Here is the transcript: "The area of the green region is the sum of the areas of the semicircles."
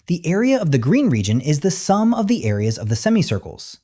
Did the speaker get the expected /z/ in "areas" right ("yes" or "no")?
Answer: yes